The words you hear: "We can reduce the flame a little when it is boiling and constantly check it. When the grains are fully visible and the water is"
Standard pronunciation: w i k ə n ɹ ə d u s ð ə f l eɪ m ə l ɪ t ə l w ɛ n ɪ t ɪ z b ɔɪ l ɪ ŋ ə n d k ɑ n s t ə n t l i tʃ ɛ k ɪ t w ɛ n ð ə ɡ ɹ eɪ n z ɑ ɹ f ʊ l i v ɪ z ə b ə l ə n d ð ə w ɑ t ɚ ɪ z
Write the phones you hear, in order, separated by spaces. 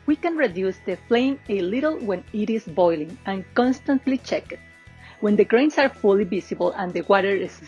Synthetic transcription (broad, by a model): w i k ə n ɹ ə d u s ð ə f l eɪ m ə l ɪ t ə l w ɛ n ɪ t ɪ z b ɔɪ l ɪ ŋ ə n k ɑ n s t ə n t l i tʃ ɛ k ɪ t w ɛ n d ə ɡ ɹ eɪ n s ɑ ɹ f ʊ l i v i s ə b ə l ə n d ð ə w ɑ t ɚ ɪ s